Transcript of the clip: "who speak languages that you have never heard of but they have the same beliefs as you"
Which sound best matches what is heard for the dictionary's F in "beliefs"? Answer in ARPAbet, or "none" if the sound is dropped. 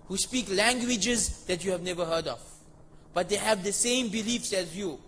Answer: F